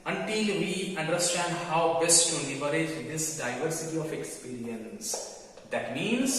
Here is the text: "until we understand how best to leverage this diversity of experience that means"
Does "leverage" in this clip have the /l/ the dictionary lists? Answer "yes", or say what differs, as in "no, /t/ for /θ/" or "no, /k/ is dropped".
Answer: no, /n/ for /l/